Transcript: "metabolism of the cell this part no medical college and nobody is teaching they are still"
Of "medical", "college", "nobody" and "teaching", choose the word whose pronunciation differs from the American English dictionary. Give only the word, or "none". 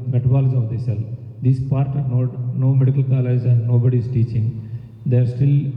college